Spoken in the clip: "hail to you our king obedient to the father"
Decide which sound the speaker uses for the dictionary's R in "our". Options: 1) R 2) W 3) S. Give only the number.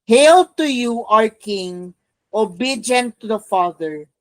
1